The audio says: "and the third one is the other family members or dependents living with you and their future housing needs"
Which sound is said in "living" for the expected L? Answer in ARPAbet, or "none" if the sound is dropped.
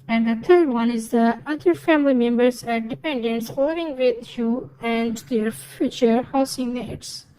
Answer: W